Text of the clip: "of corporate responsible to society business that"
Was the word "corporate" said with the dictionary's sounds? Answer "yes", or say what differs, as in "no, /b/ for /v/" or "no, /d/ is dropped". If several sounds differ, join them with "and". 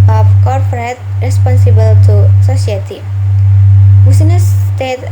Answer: no, /f/ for /p/